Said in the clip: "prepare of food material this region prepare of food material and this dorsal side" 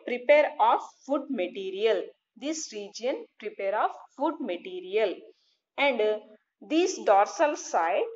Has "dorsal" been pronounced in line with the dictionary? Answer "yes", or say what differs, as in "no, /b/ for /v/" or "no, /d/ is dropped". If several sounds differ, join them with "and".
yes